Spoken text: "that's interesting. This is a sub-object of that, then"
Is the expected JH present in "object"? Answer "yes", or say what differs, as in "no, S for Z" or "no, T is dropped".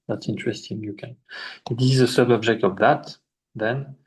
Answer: yes